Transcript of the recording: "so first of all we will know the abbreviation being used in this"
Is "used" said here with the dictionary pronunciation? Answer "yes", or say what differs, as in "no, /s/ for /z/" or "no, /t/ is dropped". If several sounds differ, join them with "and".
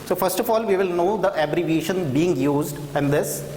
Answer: yes